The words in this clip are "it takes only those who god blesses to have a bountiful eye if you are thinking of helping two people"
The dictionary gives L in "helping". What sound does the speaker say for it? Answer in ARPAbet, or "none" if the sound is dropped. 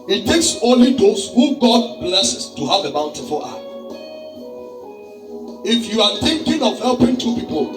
L